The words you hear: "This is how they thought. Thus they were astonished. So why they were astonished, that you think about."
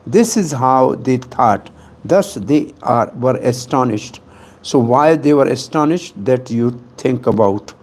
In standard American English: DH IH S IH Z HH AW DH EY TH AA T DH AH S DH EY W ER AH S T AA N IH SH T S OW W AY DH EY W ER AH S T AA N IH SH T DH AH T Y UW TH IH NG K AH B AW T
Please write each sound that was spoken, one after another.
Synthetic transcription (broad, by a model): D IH S IH Z HH AW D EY T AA T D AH S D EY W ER AH S T AA N IH SH T S OW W AY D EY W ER AH S T AA N IH SH T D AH T Y UW T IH NG K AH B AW T